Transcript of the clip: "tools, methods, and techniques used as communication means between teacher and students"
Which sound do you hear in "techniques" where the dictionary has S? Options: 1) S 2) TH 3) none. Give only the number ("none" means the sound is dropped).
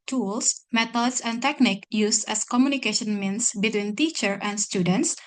3